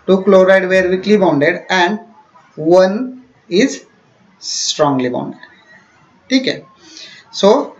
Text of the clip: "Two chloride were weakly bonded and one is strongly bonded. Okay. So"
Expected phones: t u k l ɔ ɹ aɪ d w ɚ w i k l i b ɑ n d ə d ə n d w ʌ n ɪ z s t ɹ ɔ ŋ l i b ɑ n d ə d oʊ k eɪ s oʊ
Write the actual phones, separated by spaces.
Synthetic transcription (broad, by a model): t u k l ɔ ɹ aɪ d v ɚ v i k l i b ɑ n d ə d ə n d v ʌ n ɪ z s t ɹ ɔ ŋ l i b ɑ n d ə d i k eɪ s oʊ